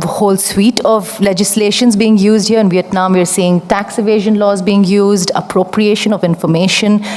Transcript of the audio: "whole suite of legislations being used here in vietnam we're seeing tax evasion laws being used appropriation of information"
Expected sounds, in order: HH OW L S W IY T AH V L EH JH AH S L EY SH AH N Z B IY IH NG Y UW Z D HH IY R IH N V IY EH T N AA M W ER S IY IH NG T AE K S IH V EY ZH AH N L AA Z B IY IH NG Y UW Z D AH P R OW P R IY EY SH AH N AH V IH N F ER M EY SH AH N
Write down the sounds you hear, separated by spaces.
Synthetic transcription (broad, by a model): HH OW L S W IY T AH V L EH JH AH S L EY SH AH N Z B IY IH NG Y UW Z D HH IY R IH N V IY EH T N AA M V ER S IY IH NG T AE K S IH V EY ZH AH N L AA Z B IY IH NG Y UW Z D AH P R OW P R IY EY SH AH N AH V IH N F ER M EY SH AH N